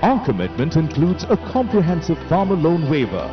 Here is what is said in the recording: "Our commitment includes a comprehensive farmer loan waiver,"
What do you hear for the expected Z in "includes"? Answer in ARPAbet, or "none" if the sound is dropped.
Z